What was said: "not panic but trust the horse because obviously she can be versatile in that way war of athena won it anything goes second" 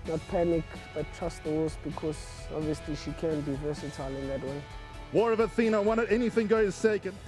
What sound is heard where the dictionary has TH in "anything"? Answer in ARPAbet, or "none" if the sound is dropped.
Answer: TH